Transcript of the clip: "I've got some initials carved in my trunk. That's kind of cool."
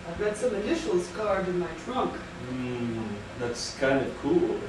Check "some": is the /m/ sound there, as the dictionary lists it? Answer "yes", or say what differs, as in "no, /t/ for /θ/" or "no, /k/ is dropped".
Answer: yes